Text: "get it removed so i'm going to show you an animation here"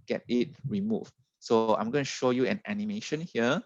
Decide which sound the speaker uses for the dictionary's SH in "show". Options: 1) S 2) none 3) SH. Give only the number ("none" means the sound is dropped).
3